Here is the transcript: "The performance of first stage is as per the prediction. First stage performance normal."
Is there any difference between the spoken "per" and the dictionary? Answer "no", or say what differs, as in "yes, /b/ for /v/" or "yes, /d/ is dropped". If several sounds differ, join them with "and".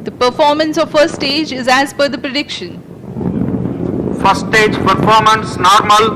yes, /f/ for /p/